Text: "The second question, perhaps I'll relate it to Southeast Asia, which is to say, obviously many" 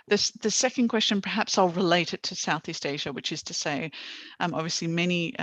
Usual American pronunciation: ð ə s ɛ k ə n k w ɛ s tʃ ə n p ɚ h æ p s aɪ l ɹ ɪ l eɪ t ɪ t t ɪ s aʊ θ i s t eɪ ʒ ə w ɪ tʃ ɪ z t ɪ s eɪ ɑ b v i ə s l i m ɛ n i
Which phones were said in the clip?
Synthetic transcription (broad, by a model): ð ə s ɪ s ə n k w ɛ s tʃ ə n p ɚ h æ p s aɪ l ɹ ɪ l eɪ t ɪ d t ɪ s aʊ θ i s t eɪ ʒ ə w ɪ tʃ ɪ z t ɪ s eɪ ɑ b v i ə s l i m ɛ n i